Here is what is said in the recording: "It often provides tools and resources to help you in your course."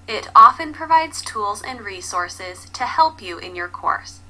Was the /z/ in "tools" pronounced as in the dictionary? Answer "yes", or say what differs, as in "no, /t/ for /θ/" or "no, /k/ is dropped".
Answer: yes